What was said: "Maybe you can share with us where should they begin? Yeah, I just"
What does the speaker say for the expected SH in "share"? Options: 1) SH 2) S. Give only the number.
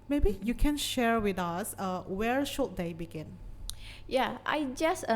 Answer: 1